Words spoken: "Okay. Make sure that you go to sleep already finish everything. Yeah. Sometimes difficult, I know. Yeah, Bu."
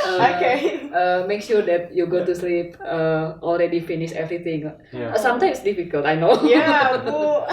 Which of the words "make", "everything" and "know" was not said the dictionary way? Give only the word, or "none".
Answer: everything